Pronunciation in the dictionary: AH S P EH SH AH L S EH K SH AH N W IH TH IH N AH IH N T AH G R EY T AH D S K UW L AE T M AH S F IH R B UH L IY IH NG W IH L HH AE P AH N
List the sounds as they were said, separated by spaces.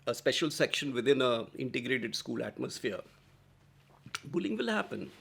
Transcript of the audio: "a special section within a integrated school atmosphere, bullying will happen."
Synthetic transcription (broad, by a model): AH S P EH SH AH L S EH K SH AH N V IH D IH N AH IH N T AH G R EY T AH D S K UW L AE T M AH S F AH R B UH L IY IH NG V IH L HH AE P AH N